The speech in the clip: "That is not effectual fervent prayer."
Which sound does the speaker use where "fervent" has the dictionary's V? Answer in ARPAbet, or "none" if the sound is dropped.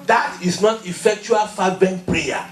B